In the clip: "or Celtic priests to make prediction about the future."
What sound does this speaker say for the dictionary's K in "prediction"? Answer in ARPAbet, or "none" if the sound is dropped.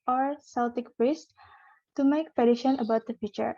none